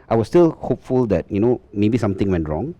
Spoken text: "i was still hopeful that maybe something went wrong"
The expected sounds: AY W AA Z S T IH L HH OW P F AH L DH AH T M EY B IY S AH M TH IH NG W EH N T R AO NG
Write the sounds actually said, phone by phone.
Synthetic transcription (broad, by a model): AY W AA S T IH L HH OW P F AH L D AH T M EY B IY S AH M T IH NG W EH N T R AO NG